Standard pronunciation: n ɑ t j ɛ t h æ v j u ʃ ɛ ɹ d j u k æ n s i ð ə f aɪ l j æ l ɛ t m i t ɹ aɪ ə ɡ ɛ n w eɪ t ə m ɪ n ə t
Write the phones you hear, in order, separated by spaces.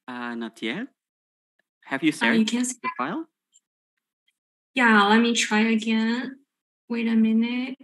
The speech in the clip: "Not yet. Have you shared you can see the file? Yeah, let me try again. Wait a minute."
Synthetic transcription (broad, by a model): n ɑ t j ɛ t h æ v j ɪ s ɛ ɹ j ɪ k æ n s i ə f aɪ l j æ l ɛ t m i t ɹ aɪ ə ɡ ɛ n w eɪ t ə m ɪ n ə t